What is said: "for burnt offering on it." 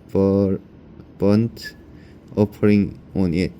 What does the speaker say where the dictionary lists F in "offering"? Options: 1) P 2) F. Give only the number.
1